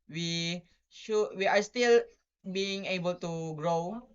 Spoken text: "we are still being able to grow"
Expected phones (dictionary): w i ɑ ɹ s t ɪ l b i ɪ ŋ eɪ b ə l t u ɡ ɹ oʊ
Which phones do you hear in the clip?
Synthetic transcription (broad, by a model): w i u w s t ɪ l b i ɪ ŋ eɪ b ə l t u ɡ ɹ oʊ